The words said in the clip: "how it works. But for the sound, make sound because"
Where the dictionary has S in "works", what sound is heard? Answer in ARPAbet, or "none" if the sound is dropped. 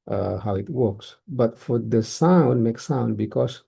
S